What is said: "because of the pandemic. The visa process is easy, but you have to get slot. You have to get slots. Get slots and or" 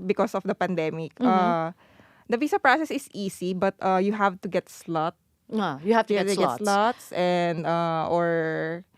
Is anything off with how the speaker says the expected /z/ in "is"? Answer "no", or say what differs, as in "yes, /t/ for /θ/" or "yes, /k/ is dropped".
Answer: yes, /s/ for /z/